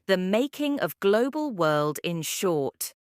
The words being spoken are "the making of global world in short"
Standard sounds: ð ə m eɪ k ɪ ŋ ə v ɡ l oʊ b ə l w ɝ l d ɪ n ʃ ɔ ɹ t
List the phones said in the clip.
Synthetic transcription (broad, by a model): ð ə m eɪ k ɪ ŋ ə v ɡ l oʊ b ə l w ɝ l d ɪ n ʃ ɔ t